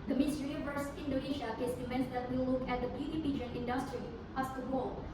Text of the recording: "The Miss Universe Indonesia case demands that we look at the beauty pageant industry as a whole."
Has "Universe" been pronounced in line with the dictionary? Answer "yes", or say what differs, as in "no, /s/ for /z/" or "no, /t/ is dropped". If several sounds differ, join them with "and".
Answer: no, /n/ is dropped